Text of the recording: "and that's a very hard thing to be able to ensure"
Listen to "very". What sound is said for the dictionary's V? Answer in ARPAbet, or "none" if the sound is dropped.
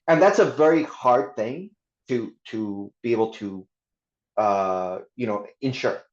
V